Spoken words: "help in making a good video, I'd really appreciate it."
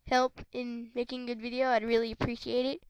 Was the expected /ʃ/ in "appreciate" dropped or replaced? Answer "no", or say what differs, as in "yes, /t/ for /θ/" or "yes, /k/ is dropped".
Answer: no